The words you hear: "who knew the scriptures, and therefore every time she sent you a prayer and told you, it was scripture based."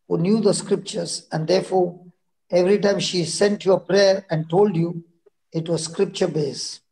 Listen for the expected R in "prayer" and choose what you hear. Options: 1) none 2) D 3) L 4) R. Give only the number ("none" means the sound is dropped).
4